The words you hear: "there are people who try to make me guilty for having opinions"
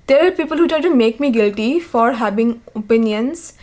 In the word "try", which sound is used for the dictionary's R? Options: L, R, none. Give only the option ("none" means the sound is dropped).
none